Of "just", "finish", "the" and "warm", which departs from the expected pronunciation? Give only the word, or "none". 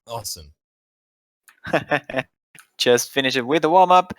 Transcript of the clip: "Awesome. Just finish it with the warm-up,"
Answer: warm